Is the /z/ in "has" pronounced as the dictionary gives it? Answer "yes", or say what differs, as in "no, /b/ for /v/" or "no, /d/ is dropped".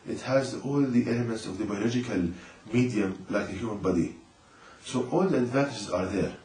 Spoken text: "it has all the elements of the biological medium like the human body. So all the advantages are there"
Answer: yes